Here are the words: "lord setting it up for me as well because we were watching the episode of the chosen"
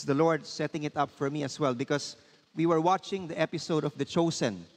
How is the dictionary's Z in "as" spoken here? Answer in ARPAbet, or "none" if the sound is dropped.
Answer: S